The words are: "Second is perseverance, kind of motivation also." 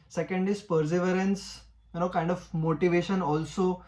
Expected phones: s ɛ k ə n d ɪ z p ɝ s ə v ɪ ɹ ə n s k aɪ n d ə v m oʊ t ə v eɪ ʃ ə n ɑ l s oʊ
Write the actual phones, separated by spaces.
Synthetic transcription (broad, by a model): s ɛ k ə n d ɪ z p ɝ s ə v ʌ ɹ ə n s k aɪ n d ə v m oʊ t ə v eɪ ʃ ə n ɑ l s oʊ